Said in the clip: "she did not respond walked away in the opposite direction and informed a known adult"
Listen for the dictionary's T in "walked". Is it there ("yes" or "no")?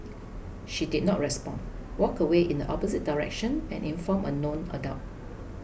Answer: no